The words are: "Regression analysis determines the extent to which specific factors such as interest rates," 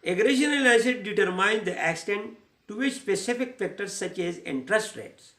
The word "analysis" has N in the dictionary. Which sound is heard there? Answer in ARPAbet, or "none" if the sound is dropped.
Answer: L